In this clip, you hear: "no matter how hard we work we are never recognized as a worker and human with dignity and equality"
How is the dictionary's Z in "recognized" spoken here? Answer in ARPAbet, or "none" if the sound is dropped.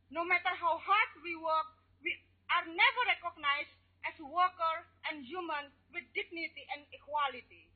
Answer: S